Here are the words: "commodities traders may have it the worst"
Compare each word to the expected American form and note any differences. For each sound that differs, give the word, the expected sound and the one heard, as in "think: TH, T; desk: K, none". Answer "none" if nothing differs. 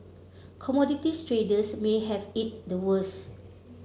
commodities: Z, S; traders: Z, S; worst: T, none